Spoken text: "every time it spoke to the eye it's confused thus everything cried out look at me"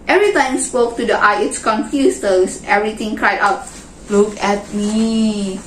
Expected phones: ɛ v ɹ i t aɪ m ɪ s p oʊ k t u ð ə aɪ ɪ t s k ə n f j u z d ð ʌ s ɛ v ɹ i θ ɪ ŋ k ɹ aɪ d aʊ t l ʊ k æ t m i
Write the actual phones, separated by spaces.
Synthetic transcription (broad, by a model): ɛ v ɹ i t aɪ m s p oʊ k t u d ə aɪ ɪ t s k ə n f j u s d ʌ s ɛ v ɹ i t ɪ ŋ k ɹ aɪ d aʊ t l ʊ k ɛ t m i